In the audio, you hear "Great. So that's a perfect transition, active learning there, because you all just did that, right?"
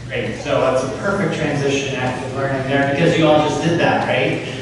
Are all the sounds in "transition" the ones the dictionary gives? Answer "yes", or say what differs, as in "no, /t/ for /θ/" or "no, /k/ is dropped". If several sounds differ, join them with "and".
yes